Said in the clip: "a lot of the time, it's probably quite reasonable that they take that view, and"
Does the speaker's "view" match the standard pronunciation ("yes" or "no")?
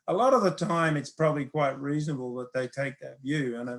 yes